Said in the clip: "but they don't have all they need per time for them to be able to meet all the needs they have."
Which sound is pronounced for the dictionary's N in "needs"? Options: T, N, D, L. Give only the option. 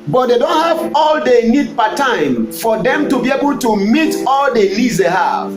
L